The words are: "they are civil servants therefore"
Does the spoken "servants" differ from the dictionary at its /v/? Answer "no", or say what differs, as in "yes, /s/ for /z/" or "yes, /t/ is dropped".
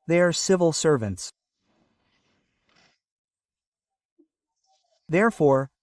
no